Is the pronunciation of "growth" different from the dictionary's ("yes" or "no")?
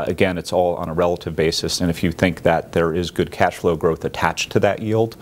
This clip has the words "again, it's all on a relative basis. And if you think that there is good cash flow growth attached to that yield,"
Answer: no